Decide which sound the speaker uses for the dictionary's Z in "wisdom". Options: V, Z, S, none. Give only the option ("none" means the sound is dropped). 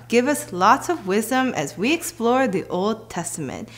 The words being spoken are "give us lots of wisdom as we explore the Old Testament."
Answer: Z